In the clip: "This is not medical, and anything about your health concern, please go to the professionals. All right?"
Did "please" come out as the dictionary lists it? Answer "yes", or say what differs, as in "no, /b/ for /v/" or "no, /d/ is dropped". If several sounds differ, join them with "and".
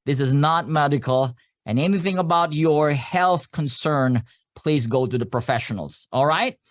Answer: yes